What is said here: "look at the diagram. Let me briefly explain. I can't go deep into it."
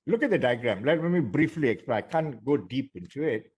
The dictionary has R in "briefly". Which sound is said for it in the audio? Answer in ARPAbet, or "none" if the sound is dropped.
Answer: R